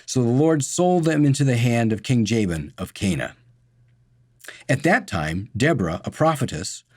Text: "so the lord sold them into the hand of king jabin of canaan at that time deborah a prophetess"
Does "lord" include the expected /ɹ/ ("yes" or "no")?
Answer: yes